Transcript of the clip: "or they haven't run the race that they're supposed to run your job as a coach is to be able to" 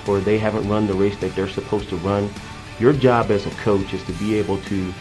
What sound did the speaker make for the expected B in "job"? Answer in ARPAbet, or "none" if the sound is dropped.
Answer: B